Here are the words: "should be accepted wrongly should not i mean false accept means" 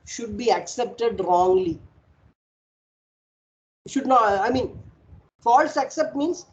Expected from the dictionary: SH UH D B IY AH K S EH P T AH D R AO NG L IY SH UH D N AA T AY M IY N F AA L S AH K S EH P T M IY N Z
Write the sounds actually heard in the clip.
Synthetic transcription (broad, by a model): SH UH D B IY AH K S EH P T AH D R AO NG L IY SH UH D N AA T AY M IY N F AA L S AH K S EH P T M IY N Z